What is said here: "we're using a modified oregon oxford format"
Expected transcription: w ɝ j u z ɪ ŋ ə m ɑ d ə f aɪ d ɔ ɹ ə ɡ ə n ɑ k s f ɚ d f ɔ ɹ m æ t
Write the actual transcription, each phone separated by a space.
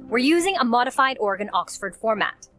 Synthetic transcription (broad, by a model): w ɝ j u z ɪ ŋ ə m ɑ d ə f aɪ d ɔ ɹ ɡ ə n ɑ k s f ɚ d f ɔ ɹ m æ t